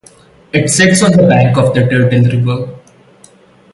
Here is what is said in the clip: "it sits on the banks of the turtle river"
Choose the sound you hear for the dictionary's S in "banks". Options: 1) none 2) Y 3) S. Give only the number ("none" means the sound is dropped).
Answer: 1